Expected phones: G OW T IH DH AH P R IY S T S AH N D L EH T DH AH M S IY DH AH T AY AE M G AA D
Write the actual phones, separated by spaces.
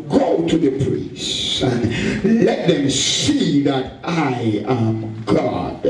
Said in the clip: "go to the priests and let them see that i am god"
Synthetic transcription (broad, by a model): G OW T IH DH AH P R IY S S S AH N L EH T DH AH M S IY DH AH T AY AE M G AA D